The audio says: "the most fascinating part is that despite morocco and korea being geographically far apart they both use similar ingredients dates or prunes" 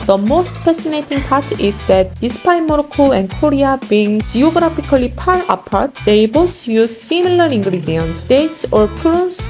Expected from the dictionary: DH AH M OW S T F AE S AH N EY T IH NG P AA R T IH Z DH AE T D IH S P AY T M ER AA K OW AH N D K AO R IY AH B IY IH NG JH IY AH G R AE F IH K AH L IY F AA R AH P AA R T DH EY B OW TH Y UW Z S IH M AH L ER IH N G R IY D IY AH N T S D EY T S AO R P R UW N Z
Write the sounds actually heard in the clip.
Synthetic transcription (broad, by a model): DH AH M OW S T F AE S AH N EY T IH NG P AA R T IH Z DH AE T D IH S P AY M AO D K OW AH N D K AO R IY AH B IY NG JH IY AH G R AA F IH K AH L IY P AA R AH P AA R T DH EY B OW S Y UW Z S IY M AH L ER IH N G R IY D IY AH N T S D EY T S AO R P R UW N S